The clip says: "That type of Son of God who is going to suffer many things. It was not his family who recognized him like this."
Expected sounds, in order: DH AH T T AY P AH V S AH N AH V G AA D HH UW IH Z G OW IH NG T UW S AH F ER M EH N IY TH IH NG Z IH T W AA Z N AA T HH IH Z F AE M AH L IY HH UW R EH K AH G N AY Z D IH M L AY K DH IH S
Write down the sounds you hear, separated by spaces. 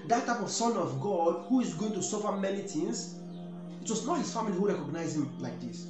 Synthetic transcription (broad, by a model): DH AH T T AY P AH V S AH N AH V G AA D HH UW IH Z G OW IH NG T UW S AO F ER M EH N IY T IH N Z IH T W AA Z N AA T HH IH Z F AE M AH L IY HH UW R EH K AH G N AY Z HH IH M L AY K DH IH S